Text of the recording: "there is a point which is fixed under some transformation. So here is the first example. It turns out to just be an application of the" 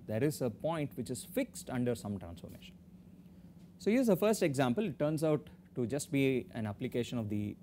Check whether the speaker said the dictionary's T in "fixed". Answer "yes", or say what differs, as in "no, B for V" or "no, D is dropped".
yes